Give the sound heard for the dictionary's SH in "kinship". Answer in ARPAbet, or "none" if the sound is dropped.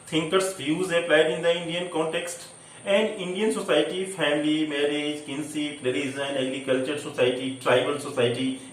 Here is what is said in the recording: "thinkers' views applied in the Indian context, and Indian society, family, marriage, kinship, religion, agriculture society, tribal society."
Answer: S